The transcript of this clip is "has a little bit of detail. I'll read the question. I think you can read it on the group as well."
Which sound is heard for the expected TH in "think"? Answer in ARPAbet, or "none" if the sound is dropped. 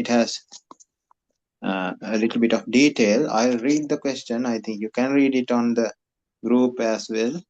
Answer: T